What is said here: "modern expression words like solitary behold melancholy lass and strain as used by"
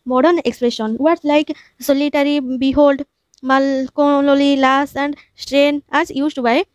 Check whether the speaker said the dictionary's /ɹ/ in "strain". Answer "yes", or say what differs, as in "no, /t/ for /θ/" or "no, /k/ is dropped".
yes